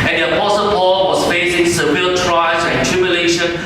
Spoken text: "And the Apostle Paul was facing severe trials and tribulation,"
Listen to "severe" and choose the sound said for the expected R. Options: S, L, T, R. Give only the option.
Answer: L